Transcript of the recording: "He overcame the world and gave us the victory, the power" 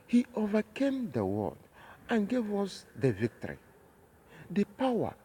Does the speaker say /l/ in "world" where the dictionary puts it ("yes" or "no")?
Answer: no